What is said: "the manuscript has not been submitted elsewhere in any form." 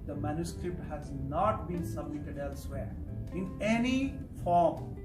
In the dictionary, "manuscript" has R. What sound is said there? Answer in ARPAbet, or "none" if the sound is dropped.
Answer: R